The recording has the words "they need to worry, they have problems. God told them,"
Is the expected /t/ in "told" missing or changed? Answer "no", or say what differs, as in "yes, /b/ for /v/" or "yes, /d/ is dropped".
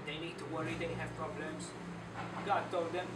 no